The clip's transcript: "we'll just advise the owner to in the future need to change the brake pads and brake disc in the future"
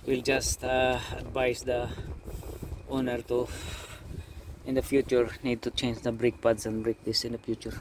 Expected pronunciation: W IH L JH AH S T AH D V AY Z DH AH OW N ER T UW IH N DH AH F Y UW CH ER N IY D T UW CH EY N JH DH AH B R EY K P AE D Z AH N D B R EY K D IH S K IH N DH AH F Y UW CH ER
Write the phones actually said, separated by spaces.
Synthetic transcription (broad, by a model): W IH L JH AH S T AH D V AY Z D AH OW N ER T UW IH N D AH F Y UW CH ER N IY D T UW CH EY N JH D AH B R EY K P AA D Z AH N D B R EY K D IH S IH N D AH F Y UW CH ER